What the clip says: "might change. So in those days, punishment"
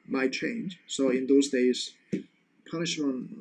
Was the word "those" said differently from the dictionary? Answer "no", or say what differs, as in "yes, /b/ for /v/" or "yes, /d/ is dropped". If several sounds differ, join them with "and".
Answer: no